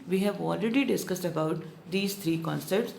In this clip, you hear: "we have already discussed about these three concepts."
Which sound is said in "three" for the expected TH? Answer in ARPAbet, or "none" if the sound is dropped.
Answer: T